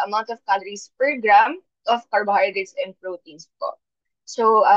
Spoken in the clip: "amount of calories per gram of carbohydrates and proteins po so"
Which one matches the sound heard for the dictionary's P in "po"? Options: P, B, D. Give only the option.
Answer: P